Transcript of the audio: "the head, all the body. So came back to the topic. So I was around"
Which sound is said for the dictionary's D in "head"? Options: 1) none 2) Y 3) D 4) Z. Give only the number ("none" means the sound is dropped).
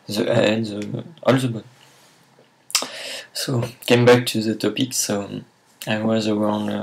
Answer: 1